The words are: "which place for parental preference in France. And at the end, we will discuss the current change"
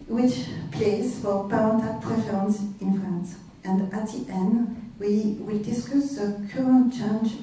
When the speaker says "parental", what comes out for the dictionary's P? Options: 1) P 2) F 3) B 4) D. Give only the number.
3